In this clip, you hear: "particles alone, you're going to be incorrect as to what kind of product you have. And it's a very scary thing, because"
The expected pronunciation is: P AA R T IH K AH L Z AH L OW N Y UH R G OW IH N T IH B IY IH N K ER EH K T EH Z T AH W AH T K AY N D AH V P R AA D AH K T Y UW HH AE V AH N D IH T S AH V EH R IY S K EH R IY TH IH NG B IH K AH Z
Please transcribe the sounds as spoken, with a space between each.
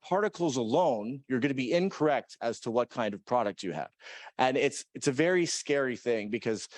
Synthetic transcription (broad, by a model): P AA R T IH K L Z AH L OW N Y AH R G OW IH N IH B IY IH N K ER EH K T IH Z T AH W AH T K AY N D AH V P R AA D AH K T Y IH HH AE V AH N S IH T S AH V EH R IY S K EH R IY TH IH NG B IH K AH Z